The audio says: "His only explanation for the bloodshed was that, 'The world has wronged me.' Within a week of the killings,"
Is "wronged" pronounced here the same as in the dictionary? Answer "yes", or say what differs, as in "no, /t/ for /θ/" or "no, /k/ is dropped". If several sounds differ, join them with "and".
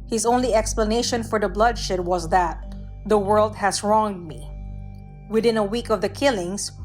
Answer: yes